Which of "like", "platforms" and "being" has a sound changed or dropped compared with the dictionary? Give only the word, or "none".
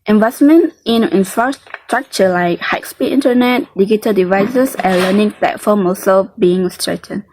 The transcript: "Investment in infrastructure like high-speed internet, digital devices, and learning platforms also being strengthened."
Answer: platforms